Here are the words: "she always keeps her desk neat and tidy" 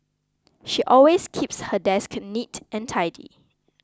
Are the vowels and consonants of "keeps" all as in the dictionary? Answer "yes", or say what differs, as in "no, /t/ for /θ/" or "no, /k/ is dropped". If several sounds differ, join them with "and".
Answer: yes